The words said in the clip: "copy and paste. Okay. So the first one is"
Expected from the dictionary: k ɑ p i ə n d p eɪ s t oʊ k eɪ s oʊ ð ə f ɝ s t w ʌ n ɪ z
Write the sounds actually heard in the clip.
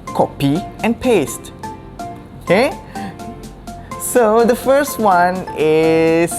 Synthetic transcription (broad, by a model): k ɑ p i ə n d p eɪ s t oʊ k eɪ s oʊ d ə f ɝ s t w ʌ n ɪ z